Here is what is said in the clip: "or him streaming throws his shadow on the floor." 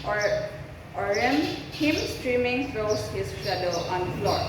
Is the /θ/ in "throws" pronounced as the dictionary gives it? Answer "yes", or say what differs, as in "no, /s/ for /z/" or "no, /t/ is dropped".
no, /f/ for /θ/